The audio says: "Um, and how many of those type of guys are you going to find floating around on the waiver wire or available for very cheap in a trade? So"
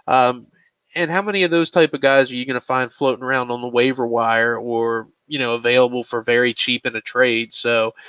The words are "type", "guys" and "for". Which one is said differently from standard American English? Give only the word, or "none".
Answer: none